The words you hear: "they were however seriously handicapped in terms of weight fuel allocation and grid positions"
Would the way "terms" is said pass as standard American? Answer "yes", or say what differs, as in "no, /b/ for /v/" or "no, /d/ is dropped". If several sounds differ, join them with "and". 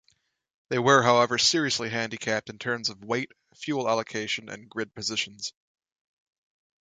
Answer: yes